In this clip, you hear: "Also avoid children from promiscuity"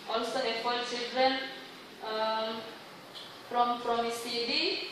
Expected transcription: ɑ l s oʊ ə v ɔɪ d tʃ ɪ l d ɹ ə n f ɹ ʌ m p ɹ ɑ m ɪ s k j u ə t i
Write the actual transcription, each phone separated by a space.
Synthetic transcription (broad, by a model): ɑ l s oʊ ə f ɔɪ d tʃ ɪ l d ɹ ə n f ɹ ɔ m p ɹ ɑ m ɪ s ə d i